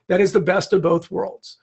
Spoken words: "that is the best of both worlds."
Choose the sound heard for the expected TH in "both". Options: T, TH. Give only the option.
TH